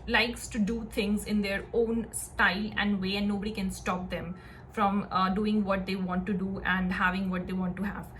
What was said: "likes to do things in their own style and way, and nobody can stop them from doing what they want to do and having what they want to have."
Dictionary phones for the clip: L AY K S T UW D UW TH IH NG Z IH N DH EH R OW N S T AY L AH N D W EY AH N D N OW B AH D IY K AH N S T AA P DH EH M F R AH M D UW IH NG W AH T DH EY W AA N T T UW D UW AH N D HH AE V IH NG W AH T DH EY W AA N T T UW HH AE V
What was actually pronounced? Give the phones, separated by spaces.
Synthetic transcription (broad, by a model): L AY K S T UW D UW T IH NG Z IH N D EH R OW N S T AY L AH N D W EY AH N D N OW B AH D IY K AH N S T AA P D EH M F R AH M D UW IH NG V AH T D EY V AA N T T UW D UW AH N D HH AE V IH NG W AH T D EY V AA N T T UW HH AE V